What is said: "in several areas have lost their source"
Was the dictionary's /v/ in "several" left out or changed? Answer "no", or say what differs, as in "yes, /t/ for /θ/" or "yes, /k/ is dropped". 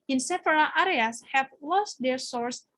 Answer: yes, /f/ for /v/